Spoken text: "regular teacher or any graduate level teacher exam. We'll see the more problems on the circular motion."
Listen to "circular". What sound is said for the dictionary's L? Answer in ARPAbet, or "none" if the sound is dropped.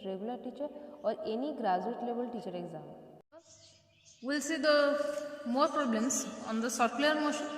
none